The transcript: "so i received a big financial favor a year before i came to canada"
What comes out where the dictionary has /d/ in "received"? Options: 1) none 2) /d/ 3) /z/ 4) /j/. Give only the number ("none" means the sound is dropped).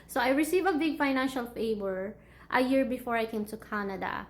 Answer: 1